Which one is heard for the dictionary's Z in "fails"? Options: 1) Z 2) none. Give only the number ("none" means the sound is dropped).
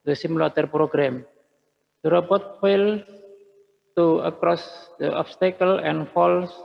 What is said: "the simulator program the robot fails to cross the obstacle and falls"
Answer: 2